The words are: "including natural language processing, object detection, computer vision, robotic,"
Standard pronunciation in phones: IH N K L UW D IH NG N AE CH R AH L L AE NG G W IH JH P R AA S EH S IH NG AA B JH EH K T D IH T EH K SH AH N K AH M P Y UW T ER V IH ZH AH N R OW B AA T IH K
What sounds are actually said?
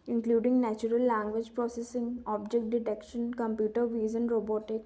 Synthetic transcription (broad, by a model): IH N K L UW D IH NG N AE CH R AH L L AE NG G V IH JH P R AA S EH S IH NG AA B JH EH K T D IH T EH K SH AH N K AH M P Y UW T ER V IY Z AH N R OW B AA T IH K